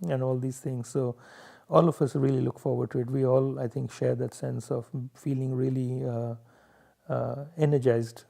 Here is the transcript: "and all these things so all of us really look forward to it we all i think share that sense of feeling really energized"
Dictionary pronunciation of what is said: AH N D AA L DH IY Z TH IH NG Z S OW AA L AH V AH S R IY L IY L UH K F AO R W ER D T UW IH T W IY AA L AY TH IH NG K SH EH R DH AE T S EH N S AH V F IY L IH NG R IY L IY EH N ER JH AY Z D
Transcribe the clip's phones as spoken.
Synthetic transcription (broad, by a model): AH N AA L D IY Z T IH NG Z S OW AA L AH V AH S R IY L IY L UH K F AO R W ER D T UW IH T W IY AA L AY T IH NG K SH EH R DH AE T S EH N S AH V F IY L IH NG R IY L IY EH N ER JH AY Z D